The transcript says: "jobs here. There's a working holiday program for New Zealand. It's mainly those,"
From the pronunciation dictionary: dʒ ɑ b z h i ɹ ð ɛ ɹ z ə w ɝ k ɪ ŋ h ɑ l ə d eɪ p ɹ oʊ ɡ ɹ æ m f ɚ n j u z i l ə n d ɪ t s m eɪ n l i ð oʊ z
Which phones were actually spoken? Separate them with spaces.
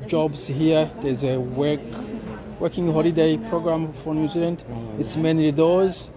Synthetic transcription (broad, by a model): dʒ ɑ b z h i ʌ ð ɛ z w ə w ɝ k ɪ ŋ h ɑ l ə d eɪ p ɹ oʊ ɡ ɹ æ m f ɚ n j u z i l ə n d ɪ t s m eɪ n i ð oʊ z